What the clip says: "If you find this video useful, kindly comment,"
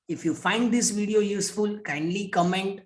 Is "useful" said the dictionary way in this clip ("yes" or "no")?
yes